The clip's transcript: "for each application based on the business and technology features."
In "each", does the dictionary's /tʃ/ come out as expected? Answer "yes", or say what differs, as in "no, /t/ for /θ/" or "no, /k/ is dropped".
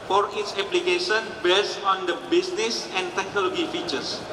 no, /s/ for /tʃ/